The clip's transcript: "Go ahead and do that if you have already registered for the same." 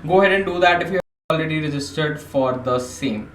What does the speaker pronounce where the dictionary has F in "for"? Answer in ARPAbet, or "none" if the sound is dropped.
F